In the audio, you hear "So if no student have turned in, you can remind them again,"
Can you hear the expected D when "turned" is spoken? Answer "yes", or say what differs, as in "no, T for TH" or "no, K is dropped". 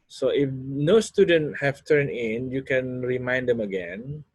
no, D is dropped